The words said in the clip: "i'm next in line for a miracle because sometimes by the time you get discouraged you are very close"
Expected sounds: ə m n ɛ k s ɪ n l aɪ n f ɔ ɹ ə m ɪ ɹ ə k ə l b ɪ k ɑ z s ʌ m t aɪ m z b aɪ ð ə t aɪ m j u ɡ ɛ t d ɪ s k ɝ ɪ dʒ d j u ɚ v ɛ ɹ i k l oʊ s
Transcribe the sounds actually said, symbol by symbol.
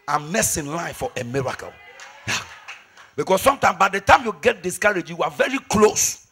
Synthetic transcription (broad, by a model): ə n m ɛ s ɪ n l aɪ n f ɔ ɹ ə m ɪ ɹ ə k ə l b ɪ k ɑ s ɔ m t aɪ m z b aɪ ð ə t aɪ m j u ɡ ɛ t d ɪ s k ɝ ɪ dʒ j u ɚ v ɛ ɹ i k l oʊ s